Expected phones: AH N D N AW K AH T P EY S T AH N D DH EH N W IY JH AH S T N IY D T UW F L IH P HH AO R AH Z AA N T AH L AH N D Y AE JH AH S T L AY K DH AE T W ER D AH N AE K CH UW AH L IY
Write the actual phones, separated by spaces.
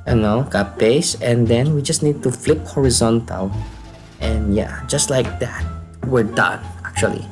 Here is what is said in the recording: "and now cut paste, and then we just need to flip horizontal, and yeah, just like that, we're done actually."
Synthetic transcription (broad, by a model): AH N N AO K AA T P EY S AH N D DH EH N W IY JH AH S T N IY D T UW F L IH P HH AO R AH Z AA N T AH L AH N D Y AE JH AH S T L AY K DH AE T W ER D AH N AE K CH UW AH L IY